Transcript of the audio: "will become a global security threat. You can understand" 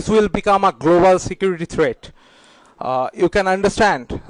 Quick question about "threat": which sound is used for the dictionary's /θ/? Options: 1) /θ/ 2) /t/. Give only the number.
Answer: 2